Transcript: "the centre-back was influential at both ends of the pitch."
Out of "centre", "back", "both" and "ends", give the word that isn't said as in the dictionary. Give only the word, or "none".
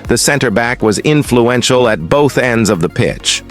none